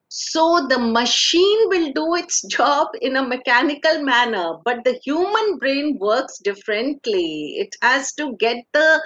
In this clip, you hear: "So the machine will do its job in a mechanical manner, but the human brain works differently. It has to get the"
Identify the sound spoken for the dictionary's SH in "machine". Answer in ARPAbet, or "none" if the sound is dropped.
SH